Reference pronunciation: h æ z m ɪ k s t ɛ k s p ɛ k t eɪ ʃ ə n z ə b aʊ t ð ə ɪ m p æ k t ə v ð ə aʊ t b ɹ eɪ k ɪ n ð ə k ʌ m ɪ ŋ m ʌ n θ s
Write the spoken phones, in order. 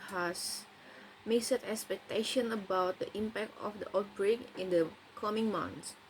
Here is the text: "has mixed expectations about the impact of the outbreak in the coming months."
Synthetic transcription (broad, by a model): h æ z m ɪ s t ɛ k s p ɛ k t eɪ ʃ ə n ə b aʊ t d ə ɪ m p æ k t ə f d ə aʊ t b ɹ eɪ k ɪ n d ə k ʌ m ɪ ŋ m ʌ n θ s